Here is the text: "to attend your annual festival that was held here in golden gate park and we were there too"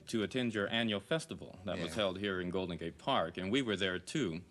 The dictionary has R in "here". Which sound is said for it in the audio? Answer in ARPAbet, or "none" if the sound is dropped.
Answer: R